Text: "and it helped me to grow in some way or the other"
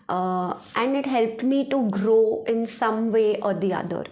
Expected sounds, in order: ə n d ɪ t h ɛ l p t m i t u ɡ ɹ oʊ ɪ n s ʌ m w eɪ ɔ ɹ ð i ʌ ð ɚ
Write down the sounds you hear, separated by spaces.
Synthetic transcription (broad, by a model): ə n d ɪ t h ɛ l p t m i t u ɡ ɹ oʊ ɪ n s ʌ m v eɪ ɔ ɹ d i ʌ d ɚ